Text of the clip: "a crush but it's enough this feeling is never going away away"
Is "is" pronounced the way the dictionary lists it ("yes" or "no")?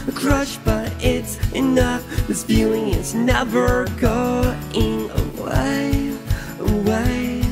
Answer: no